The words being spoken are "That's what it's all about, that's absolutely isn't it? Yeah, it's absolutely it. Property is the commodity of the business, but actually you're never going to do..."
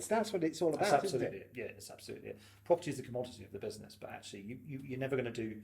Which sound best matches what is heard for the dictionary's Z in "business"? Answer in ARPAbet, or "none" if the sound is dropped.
Z